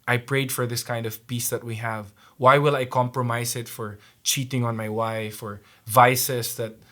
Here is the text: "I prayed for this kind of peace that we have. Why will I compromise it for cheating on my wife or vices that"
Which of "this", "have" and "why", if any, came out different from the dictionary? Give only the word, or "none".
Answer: none